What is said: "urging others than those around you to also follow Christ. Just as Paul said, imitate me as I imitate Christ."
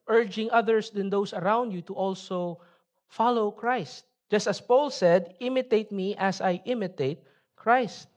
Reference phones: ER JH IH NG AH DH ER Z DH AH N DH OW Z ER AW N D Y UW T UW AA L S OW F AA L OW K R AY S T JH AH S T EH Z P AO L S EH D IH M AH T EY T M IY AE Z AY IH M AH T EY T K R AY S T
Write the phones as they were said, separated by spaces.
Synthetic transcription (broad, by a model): ER JH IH NG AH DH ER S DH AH N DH OW S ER AW N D Y UW T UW AA L S OW F AA L OW K R AY S T JH AH S T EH S P AO L S EH D IH M AH T EY T M IY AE S AY IH M AH T EY T K R AY S T